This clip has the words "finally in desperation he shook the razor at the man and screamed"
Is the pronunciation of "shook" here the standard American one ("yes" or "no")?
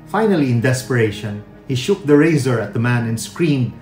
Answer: yes